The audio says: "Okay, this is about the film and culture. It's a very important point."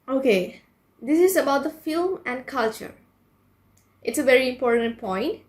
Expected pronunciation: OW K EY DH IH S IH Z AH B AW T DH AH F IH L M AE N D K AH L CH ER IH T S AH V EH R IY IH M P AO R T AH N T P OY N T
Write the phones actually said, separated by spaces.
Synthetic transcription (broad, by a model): OW K EY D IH S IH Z AH B AW T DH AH F IH L M AE N D K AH L CH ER IH T S AH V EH R IY IH M P AO R T AH N T P OY N T